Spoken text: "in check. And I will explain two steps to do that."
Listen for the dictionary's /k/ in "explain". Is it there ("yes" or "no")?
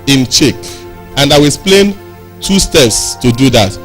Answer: no